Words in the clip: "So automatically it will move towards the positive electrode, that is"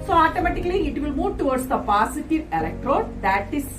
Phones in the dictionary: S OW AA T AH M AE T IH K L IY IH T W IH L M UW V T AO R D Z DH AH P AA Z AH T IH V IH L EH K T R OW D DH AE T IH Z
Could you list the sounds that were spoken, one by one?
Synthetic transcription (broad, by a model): S OW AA T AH M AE T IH K L IY IH T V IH L M UW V T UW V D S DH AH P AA S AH T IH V IH L EH K T R OW D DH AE T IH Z